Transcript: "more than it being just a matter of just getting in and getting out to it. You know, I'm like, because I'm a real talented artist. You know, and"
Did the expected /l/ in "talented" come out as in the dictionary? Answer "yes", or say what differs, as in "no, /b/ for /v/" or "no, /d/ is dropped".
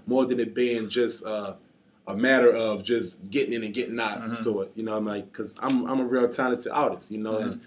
no, /n/ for /l/